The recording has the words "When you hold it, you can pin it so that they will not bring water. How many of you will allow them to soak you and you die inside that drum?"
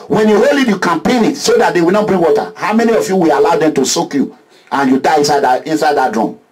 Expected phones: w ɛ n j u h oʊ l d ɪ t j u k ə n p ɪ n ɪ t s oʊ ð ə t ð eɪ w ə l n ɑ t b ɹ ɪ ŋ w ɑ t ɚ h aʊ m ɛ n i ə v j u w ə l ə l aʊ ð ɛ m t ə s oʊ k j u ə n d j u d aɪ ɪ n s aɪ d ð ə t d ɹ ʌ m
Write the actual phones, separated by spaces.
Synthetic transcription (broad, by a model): w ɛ n j u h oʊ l ɪ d j u k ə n p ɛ n ɪ t s oʊ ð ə t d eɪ w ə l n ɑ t b ɹ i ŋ w ɑ t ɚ h aʊ m ɛ n i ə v j u w ə l ə l aʊ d ɛ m t ə s oʊ k j u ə n j u d aɪ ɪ n s aɪ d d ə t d ɹ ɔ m